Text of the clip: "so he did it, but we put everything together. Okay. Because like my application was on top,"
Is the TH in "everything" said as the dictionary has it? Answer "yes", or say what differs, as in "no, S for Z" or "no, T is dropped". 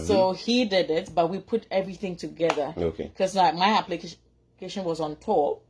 yes